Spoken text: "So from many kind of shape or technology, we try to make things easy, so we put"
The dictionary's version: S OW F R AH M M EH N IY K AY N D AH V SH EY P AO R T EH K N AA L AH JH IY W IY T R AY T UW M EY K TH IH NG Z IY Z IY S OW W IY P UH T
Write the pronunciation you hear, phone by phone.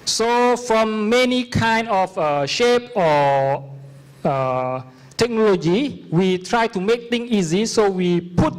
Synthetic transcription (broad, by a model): S OW F R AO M M EH N IY K AY N D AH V SH EY P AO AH T EH K N AA L AH JH IY W IY T R AY T UW M EY K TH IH NG IY Z IY S OW W IY P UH T